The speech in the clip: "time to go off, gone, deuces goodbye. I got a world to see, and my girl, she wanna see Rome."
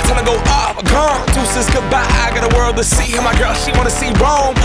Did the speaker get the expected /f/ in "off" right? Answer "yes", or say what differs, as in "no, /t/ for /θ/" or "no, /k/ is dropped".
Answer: no, /p/ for /f/